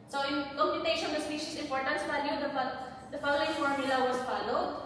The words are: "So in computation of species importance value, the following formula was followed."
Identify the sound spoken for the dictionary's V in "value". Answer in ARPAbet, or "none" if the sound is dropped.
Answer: F